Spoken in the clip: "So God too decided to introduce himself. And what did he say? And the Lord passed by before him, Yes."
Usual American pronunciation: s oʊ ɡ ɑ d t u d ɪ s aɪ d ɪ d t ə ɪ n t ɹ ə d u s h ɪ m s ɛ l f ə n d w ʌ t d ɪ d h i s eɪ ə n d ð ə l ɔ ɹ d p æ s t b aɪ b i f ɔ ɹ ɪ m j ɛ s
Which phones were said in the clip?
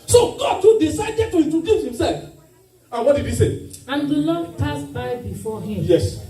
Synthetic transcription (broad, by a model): s oʊ ɡ ɑ d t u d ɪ s aɪ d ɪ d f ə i t ə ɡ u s h ɪ m s ɛ l f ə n w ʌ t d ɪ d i s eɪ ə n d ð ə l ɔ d p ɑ s b aɪ b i f ɔ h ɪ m j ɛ s